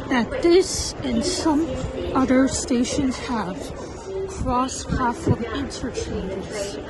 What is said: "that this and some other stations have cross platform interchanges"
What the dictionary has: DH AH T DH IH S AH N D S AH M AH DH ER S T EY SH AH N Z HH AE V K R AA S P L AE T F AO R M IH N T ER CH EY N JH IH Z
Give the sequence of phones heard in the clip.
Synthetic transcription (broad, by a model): DH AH T DH IH S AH N S AH M AH DH ER S T EY SH AH N Z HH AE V K R AA S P AE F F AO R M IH N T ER CH EY N JH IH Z